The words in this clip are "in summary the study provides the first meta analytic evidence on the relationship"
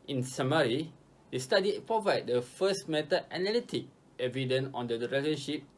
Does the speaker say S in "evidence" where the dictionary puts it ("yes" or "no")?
no